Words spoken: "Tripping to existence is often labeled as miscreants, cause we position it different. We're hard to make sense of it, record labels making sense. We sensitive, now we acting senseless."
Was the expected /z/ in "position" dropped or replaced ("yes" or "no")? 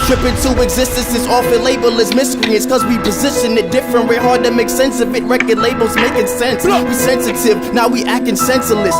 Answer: no